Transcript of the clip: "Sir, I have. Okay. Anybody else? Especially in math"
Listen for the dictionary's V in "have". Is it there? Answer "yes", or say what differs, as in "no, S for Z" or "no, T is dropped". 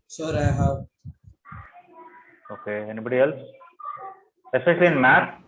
no, W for V